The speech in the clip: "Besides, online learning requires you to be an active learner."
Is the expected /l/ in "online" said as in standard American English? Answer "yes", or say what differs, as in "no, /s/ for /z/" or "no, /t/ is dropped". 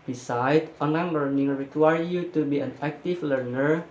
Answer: no, /l/ is dropped